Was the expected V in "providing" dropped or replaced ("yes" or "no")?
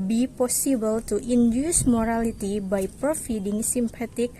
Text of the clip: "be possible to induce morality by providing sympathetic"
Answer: yes